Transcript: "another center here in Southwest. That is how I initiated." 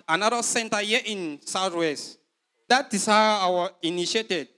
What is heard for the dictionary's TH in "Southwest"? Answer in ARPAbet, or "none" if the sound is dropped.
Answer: T